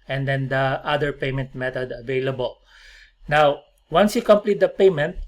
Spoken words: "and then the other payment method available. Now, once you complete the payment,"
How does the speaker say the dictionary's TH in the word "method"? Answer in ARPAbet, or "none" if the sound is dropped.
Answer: T